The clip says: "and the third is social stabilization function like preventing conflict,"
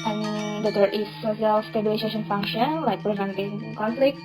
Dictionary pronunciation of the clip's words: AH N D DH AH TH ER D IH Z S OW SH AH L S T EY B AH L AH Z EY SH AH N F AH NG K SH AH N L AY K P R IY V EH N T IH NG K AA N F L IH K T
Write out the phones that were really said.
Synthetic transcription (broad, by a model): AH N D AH T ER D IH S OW S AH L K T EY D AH AH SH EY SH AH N F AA NG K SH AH N L AY K P R IY V EH N T IH NG K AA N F L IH K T